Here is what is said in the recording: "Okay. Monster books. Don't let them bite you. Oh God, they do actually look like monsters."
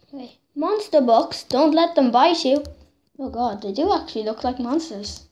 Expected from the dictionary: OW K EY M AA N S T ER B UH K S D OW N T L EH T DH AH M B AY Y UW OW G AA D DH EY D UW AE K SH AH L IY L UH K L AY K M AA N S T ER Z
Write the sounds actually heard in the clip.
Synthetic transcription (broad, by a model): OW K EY M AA N S T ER B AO K S D OW N T L EH T DH AH M B AY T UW OW G AA D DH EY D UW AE K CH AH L IY L UH K L AY K M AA N S T ER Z